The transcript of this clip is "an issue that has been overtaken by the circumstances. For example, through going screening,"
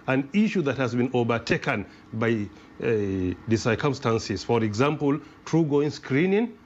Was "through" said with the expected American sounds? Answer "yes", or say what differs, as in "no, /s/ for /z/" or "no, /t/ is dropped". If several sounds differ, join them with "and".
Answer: no, /t/ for /θ/